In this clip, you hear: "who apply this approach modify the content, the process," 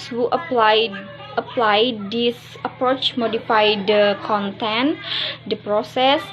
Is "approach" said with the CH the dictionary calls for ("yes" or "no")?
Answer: yes